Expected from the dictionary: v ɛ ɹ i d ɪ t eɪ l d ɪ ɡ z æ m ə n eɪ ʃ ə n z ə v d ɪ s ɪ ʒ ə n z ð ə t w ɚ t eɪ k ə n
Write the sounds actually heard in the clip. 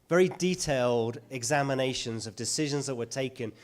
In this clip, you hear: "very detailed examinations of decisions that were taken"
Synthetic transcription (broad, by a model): v ɛ ɹ i d ɪ t eɪ l d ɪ ɡ z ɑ m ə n eɪ ʃ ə n z ə v d ɪ s ɪ ʒ ə n z ð ə t w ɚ t eɪ k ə n